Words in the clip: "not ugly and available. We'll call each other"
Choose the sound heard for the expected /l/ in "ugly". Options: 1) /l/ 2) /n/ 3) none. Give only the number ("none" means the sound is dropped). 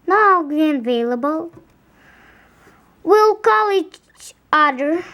3